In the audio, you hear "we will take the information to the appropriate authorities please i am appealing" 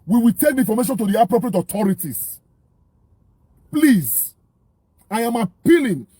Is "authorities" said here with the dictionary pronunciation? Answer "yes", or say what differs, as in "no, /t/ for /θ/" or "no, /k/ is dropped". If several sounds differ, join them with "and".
no, /t/ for /θ/